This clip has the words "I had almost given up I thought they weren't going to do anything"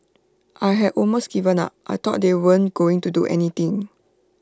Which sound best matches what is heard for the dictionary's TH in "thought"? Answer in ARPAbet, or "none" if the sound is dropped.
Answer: T